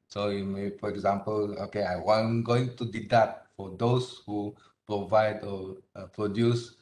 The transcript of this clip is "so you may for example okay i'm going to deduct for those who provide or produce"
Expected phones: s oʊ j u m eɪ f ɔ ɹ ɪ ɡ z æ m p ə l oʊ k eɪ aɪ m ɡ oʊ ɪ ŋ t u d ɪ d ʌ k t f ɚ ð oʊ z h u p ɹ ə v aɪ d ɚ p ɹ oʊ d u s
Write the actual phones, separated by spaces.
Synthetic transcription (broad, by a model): s oʊ j u m eɪ f ɔ ɹ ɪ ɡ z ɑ m p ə l oʊ k eɪ aɪ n ɡ oʊ ɪ ŋ t u d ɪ d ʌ t f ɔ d oʊ s h u p ɹ ə v aɪ d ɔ p ɹ oʊ d u s